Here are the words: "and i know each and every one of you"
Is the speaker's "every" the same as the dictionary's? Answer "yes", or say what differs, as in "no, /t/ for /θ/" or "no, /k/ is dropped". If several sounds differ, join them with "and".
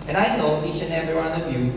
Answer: no, /ɹ/ is dropped